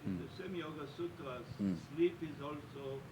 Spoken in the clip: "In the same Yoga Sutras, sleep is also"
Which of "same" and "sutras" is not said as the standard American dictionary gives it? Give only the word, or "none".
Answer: sutras